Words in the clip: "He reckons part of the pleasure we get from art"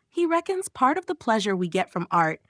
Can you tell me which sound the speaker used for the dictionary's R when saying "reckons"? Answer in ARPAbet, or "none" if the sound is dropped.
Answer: R